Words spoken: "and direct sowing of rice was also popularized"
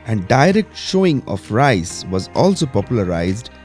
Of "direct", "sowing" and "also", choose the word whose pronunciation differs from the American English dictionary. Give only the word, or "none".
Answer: sowing